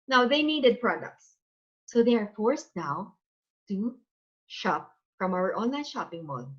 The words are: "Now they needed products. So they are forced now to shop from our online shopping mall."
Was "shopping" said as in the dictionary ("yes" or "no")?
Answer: yes